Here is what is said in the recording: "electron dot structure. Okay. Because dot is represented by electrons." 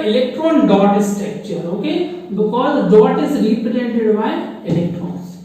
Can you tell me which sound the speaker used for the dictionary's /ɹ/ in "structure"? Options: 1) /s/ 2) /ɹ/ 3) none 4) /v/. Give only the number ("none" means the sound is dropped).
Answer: 3